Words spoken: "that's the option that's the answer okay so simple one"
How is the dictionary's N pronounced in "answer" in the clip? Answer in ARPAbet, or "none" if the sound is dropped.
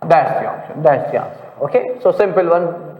none